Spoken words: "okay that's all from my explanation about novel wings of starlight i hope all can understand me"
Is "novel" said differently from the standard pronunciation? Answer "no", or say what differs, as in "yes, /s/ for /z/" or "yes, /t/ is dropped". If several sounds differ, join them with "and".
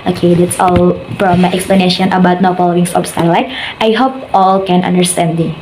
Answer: yes, /f/ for /v/